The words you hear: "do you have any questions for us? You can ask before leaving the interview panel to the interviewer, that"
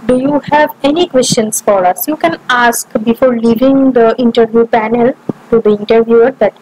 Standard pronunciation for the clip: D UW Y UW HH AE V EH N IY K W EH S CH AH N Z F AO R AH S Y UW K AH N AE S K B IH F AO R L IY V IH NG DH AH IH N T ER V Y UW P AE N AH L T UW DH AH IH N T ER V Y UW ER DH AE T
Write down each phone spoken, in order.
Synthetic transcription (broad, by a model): D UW Y UW HH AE V EH N IY K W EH S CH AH N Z F AO R AH S Y UW K AH N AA S K B IH F AO R L IY V IH NG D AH IH N T ER V Y UW P AE N AH L T UW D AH IH N T ER V Y UW ER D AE T